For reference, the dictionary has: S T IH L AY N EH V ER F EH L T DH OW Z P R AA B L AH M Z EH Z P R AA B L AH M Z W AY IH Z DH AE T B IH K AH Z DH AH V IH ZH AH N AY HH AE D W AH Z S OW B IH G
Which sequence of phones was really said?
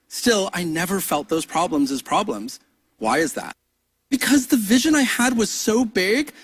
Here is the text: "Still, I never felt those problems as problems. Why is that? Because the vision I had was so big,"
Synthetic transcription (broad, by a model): S T IH L AY N EH V ER F EH L T DH OW Z P R AA B L AH M Z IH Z P R AA B L AH M Z W AY IH Z DH AE T B IH K AH Z DH AH V IH ZH AH N AY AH D W AH Z S OW B IH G